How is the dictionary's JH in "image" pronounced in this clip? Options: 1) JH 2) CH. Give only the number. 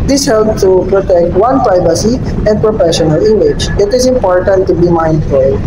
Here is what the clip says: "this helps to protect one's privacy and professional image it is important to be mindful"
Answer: 2